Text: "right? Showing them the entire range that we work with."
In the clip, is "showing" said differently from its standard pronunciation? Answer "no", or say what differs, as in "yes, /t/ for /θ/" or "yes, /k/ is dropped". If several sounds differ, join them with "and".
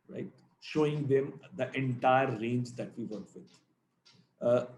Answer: no